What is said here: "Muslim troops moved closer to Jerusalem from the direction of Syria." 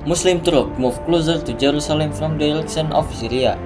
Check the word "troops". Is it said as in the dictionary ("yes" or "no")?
no